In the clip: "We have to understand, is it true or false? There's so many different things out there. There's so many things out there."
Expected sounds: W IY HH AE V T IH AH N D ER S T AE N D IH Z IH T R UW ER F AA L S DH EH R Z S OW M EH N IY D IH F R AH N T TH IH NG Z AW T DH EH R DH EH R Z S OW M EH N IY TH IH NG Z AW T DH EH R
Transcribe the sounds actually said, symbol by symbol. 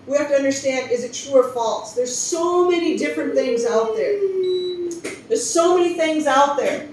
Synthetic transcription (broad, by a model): W IY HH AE F T IH AH N D ER S T AE N D IH Z IH T R UW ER F AA L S DH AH R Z S OW M EH N IY D IH F R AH N TH IH NG Z AW T DH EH R DH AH R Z S OW M EH N IY TH IH NG Z AW T DH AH R